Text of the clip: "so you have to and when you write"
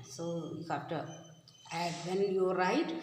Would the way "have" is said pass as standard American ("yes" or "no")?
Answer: no